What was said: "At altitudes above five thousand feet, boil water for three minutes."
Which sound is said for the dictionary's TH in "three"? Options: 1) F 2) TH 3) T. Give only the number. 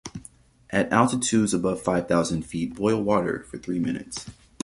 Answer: 2